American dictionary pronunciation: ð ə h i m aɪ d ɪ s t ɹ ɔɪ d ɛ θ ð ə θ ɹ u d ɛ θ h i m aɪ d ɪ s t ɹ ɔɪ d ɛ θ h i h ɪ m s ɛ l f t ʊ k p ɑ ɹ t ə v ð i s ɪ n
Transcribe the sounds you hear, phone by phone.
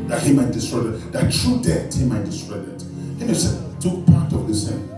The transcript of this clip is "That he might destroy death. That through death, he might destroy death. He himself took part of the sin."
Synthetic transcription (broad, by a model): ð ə h i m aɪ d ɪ s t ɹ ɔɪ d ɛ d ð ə t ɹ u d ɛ t h i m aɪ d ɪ s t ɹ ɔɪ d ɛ t h i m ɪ s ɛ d t ʊ k p ɑ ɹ t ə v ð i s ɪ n